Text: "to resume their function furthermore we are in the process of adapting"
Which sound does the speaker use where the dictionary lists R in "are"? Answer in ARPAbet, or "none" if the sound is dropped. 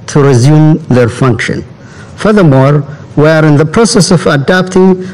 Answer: R